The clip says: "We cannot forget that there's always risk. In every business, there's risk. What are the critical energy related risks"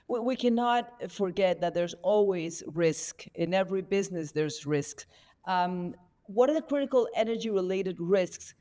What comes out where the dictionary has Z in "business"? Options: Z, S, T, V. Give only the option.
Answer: Z